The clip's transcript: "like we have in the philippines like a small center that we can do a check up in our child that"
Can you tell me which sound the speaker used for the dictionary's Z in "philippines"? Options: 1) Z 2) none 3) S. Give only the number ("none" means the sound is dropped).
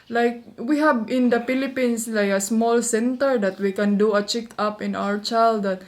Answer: 3